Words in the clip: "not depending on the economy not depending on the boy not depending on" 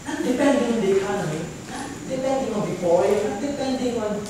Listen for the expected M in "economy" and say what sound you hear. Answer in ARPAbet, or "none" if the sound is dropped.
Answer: none